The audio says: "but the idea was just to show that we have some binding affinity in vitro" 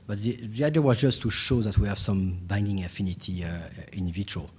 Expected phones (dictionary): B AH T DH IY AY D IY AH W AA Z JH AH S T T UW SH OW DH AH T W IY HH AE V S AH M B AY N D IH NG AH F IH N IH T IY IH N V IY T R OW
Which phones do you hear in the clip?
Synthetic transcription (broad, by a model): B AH T DH IY AY D IY AH W AA Z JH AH S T T UW SH OW DH AH T W IY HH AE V S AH M B AY N D IH NG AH F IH N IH T IY IH N V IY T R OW